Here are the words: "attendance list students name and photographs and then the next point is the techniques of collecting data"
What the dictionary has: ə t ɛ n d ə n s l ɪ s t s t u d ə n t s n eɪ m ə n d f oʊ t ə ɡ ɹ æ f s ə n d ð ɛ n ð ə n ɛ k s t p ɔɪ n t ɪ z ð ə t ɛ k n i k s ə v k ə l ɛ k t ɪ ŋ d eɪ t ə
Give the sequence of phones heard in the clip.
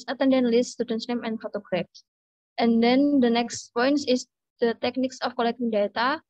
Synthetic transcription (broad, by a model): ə t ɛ n d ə n l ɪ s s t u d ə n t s n eɪ m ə n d f oʊ t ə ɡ ɹ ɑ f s ə n d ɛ n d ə n ɛ k s t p ɔɪ n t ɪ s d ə t ɛ k n i k s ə f k ə l ɛ k t ɪ ŋ d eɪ t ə